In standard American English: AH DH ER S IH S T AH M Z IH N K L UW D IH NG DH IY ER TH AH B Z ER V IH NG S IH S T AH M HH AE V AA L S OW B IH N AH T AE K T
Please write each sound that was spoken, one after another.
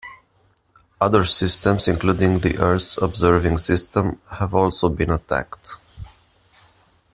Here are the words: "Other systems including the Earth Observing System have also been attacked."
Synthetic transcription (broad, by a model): AH DH ER S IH S T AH M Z IH N K L UW D IH NG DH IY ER S AH B Z ER V IH NG S IH S T AH M HH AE V AA L S OW B IH N AH T AE K T